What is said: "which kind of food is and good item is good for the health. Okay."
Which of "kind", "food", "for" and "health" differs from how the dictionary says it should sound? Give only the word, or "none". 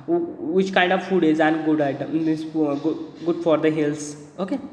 health